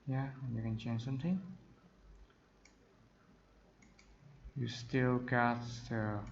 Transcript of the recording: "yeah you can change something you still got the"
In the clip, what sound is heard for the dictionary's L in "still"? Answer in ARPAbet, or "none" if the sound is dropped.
L